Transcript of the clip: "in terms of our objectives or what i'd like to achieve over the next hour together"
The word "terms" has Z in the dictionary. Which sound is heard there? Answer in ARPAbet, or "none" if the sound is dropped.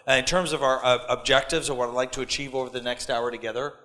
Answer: Z